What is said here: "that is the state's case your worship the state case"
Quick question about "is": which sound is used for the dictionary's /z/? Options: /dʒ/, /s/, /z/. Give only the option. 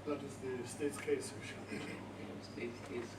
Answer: /z/